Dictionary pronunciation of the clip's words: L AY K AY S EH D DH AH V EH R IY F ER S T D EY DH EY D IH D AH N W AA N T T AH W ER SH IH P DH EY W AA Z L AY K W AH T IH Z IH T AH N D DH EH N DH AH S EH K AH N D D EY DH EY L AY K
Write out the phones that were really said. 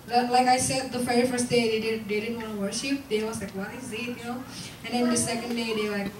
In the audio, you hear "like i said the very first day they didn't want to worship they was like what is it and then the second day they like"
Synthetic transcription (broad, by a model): L AY K AY S EH D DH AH F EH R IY F ER S T D EY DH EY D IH D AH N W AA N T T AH W ER SH IH P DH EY W AA Z L AY K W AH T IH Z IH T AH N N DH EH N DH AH S EH K AH N D D EY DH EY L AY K